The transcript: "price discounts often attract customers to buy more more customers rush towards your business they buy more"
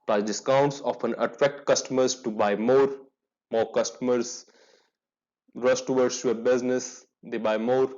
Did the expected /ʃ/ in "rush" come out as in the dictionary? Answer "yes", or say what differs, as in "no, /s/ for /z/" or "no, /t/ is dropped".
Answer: no, /s/ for /ʃ/